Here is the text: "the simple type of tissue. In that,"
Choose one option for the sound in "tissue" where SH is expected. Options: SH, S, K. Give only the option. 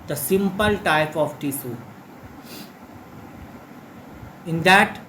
S